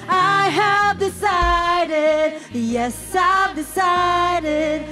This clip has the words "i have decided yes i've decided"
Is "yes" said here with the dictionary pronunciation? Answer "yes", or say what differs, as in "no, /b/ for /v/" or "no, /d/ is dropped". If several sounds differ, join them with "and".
yes